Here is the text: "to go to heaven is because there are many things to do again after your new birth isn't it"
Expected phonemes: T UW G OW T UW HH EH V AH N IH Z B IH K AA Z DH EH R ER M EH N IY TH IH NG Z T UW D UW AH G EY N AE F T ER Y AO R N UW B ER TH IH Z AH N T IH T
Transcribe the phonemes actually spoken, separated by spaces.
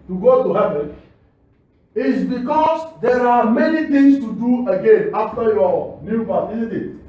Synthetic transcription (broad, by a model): T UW G OW T UW HH EH V AH N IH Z B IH K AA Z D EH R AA M EH N IY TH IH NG S T UW D UW AH G EY N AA F T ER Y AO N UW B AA T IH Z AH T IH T